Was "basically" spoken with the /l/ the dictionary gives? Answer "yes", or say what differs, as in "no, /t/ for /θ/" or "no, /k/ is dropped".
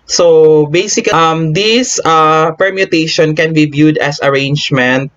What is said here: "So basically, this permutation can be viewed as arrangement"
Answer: no, /l/ is dropped